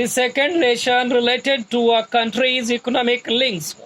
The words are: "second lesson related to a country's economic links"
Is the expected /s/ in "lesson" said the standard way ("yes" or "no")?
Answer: no